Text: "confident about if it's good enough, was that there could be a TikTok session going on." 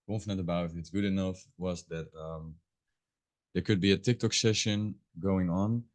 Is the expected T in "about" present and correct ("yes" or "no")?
no